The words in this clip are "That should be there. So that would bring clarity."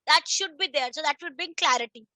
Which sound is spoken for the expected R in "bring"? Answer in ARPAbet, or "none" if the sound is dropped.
none